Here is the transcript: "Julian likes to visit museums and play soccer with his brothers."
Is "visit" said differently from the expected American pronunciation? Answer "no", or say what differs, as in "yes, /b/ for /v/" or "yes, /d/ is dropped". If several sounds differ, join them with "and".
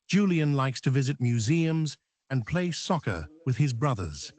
no